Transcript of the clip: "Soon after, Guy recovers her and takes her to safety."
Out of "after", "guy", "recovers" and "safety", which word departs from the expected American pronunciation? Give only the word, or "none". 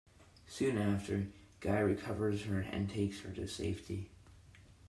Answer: none